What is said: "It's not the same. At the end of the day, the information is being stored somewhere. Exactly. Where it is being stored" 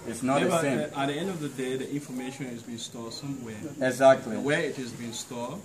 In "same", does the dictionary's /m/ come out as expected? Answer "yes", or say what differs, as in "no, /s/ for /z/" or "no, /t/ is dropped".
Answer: no, /m/ is dropped